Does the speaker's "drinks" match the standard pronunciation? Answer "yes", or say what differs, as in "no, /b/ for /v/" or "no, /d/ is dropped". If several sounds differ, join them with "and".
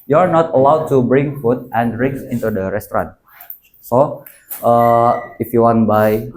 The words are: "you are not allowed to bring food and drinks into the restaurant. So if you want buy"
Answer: no, /k/ is dropped